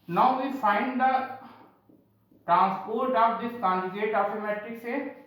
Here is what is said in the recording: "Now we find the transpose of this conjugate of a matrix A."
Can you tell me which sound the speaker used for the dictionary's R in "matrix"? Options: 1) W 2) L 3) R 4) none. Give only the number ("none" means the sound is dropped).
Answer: 4